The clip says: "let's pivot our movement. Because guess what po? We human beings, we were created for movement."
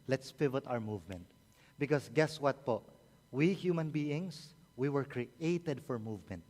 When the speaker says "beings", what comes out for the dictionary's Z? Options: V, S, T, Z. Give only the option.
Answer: S